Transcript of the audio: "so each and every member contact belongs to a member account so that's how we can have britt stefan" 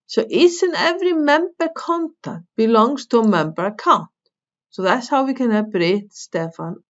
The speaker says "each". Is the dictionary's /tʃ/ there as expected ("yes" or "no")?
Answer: no